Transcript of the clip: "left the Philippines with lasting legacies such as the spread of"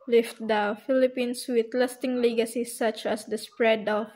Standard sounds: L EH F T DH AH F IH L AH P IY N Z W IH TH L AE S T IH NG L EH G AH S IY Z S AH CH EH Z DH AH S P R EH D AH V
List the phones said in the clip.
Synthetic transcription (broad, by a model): L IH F T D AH F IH L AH P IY N S W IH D L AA S T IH NG L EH G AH S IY S AH CH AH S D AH S P R EH D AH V